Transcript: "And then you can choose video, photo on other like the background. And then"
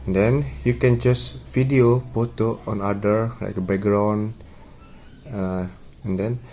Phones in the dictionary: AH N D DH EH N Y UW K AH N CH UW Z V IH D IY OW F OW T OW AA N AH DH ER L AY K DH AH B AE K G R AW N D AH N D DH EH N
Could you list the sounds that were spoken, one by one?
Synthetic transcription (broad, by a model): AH N D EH N Y UW K AH N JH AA S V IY D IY OW P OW T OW AA N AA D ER L AY K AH B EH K G R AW N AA AH N D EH N